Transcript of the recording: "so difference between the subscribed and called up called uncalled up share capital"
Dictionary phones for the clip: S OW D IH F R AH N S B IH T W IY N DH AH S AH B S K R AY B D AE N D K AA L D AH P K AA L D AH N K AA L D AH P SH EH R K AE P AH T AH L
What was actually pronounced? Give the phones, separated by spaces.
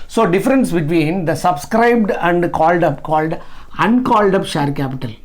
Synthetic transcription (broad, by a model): S OW D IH F R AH N S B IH T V IY N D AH S AH B S K R AY B D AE N D K AA L D AH P K AA L D AH N K AA L D AH P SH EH R K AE P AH T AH L